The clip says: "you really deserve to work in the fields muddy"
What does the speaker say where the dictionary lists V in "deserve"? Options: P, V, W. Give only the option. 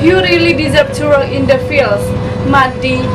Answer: P